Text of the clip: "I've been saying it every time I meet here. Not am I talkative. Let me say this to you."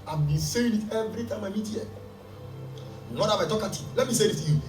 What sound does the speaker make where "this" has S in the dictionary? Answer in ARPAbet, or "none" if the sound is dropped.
none